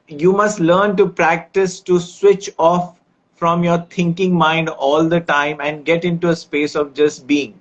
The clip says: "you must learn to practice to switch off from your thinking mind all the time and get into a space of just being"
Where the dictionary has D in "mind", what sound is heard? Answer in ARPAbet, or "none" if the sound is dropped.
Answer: D